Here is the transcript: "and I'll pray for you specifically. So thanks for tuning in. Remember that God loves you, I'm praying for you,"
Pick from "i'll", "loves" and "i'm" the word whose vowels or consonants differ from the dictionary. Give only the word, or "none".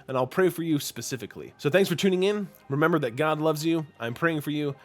none